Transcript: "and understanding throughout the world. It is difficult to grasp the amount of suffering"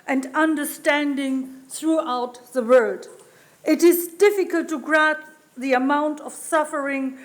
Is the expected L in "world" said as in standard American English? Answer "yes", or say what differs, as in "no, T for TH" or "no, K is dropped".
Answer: no, L is dropped